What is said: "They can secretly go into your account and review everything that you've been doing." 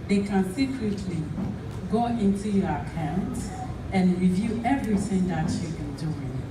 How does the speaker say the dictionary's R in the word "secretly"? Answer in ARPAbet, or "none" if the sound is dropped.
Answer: R